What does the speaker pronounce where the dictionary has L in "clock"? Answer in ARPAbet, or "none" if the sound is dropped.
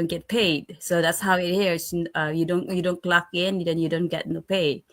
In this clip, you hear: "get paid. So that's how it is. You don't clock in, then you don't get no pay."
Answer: L